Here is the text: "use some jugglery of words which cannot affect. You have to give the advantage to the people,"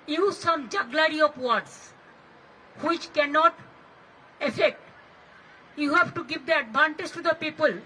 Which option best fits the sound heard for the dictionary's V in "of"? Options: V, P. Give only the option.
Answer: P